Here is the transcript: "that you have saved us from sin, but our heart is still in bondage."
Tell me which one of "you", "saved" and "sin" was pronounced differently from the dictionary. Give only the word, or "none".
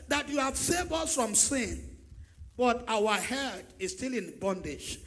saved